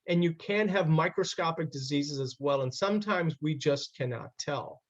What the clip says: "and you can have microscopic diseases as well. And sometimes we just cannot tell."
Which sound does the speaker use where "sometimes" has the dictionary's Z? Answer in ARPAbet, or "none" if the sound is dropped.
Z